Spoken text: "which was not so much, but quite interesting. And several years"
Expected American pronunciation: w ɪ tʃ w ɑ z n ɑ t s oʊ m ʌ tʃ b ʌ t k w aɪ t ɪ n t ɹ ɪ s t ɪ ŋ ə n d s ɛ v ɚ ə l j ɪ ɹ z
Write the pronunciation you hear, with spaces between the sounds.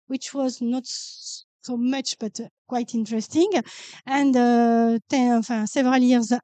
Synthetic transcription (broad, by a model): w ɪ tʃ w ɑ z n ɑ t s oʊ m ʌ tʃ b ʌ t k w aɪ t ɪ n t ɹ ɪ s t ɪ ŋ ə n d s ɛ v ɚ ə l j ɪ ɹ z